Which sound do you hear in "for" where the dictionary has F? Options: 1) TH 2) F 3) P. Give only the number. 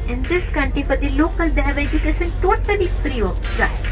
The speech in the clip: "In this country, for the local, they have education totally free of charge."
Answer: 3